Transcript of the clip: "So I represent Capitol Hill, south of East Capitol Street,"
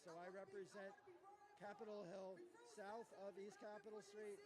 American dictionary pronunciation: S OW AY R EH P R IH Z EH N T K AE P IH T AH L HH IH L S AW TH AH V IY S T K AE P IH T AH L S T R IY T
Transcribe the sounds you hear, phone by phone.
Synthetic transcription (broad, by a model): S OW AY R EH P R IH Z EH N K AE P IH T L HH IH L S AW TH AH V IY S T K AE P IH T L S T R IY T